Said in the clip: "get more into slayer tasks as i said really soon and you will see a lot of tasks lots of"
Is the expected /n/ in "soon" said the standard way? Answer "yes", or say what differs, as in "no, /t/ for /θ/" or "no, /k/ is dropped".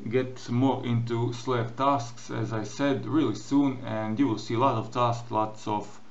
yes